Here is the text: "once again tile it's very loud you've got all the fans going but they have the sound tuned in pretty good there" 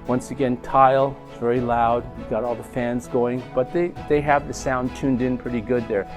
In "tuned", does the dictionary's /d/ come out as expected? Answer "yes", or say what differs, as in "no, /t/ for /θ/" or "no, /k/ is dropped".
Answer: yes